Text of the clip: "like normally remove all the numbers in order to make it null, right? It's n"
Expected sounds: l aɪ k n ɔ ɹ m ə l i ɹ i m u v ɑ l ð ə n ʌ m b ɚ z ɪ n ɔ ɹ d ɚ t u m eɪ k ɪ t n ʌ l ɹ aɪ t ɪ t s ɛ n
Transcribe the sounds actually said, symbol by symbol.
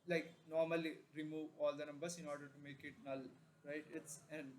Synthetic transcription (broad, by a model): l aɪ k n ɔ ɹ m ə l i ɹ i m u v ɑ l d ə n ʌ m b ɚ s ɪ n ɔ ɹ d ɚ t u m eɪ k ɪ t n ʌ l ɹ aɪ t ɪ t s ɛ n